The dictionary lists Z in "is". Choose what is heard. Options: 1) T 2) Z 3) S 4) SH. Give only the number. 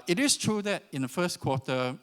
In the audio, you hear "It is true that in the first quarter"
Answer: 3